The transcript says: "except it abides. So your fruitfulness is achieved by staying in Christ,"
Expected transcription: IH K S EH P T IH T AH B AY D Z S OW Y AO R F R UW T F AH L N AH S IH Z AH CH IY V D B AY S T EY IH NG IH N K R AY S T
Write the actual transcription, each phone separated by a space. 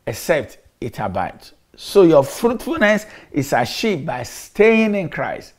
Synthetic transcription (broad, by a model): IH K S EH P T IH T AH B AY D S OW Y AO F R UW T F AH L N AH S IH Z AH SH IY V B AY S T EY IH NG IH N K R AY S T